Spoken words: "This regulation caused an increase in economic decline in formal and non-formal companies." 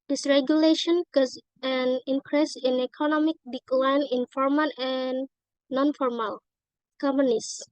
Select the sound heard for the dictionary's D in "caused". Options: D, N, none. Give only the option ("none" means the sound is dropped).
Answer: none